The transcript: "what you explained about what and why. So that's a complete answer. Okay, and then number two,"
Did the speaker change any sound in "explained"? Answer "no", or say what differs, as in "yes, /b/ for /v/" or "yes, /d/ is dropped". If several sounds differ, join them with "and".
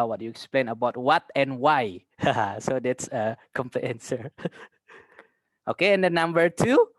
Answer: yes, /d/ is dropped